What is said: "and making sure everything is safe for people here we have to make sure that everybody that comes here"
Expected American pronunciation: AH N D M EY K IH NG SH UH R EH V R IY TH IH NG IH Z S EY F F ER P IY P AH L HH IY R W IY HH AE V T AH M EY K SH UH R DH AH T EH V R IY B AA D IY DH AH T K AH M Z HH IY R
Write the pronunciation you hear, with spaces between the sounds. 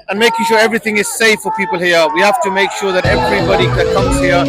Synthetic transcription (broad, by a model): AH N M EY K IH NG SH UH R EH V R IY TH IH NG IH Z S EY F F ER P IY P AH L HH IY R W IY HH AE F T AH M EY K SH UH R DH AH T EH V R IY B AA D IY DH AH T K AH M Z HH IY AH